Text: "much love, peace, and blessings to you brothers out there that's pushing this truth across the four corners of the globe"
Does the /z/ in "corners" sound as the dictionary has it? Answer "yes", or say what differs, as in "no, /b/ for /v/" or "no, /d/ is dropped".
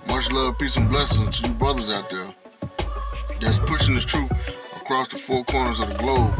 yes